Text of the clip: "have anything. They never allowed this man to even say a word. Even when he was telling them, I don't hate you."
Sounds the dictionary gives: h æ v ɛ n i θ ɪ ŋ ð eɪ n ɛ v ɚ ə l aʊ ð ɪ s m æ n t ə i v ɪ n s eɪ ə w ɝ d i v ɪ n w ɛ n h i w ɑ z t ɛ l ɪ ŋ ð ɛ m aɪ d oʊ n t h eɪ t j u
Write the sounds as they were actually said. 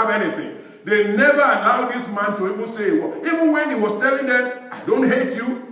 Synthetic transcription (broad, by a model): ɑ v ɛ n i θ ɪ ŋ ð eɪ n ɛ v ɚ ə l aʊ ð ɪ s m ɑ n t ə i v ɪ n s eɪ ə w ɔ i v ɪ n w ɛ n h i w ɑ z t ɛ l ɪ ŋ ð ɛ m aɪ d oʊ n t h eɪ t j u